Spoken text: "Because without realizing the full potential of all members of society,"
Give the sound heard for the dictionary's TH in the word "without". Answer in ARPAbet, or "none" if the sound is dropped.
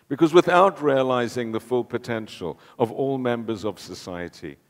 TH